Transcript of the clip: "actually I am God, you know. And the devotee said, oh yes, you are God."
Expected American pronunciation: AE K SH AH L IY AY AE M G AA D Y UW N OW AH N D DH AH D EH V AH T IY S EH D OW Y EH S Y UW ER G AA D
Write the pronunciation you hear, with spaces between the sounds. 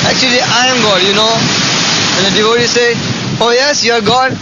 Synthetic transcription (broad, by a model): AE K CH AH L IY AY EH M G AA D Y UW N OW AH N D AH D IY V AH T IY S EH OW Y EH S Y UW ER G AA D